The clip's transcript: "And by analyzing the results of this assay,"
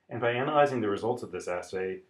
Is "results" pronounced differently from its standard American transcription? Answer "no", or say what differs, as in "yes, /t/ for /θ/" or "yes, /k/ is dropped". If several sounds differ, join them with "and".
no